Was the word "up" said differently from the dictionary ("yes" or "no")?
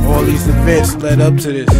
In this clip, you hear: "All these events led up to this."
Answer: no